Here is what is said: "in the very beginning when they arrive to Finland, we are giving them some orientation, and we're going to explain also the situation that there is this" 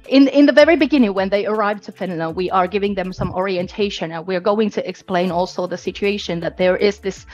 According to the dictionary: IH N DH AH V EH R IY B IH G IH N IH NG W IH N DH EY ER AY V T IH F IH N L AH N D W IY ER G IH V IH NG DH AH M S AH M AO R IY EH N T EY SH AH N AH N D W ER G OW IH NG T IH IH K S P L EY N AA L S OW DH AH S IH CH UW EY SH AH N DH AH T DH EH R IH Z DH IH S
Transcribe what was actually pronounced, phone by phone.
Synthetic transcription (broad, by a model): IH N DH AH V EH R IY B IH G IH N IH NG W IH N DH EY ER AY V T IH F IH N AH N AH W IY ER G IH V IH NG DH AH M S AH M AO R IY EH N T EY SH AH N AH N W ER G OW IH NG T IH IH K S P L EY N AA L S OW DH AH S IH CH UW EY SH AH N DH AH T DH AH R IH Z DH IH S